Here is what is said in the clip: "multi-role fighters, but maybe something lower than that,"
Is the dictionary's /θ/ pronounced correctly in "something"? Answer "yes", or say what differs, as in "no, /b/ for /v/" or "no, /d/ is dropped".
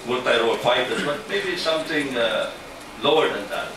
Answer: no, /t/ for /θ/